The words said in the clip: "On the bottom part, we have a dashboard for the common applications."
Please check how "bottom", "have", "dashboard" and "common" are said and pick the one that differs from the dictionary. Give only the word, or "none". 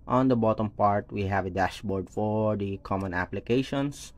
none